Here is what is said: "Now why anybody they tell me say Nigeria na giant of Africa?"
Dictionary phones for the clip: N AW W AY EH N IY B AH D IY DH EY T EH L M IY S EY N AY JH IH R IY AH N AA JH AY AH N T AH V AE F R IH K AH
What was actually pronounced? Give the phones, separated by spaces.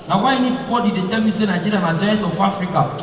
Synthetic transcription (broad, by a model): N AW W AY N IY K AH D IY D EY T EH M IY S EY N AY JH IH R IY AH N AA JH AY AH T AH F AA F R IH K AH